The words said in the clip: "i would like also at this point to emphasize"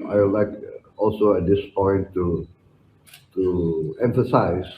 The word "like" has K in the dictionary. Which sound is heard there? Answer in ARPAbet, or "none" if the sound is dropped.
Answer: K